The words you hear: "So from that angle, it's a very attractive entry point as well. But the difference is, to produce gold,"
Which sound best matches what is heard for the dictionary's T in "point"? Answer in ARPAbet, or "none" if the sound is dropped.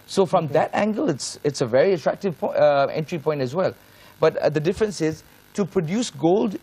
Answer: T